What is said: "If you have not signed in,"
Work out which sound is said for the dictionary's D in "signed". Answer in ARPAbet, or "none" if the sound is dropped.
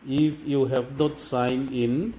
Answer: none